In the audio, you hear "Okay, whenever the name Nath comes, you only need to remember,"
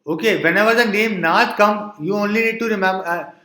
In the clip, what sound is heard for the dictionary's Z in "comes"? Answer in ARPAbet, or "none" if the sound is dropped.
none